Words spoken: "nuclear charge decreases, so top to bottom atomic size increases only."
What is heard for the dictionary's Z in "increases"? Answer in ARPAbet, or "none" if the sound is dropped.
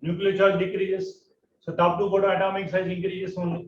S